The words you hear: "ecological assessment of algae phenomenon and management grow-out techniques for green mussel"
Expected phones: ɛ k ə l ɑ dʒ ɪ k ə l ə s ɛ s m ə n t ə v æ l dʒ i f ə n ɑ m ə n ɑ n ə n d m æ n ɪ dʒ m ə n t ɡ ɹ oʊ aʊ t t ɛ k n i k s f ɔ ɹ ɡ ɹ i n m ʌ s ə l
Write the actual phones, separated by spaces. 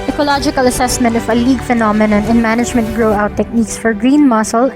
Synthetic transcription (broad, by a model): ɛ k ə l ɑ dʒ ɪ k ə l ə s ɛ s m ə n t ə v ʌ l i f ə n ɑ m ə n ɑ n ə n m æ n ɪ dʒ m ə n t ɡ ɹ oʊ aʊ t t ɛ k n i k s f ɔ ɹ ɡ ɹ i n m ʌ s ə l